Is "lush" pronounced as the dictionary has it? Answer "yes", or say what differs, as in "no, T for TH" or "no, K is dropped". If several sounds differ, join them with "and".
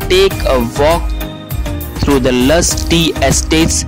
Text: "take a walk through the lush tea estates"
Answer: no, S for SH